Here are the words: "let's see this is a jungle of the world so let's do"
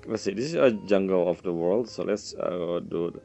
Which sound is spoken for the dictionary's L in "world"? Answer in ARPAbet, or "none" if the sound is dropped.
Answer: L